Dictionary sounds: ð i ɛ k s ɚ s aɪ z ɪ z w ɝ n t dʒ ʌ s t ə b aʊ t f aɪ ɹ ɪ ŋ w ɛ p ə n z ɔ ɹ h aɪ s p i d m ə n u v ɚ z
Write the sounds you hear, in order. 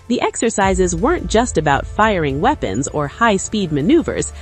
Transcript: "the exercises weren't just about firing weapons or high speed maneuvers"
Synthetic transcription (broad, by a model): ð i ɛ k s ɚ s aɪ z ɪ z w ɝ n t dʒ ʌ s t ə b aʊ t f aɪ ɹ ɪ ŋ w ɛ p ə n z ɔ ɹ h aɪ s p i d m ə n u v ɚ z